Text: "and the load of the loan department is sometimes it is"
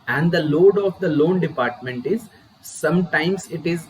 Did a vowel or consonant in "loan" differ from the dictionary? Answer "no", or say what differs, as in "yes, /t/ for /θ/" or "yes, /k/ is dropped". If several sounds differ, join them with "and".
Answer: no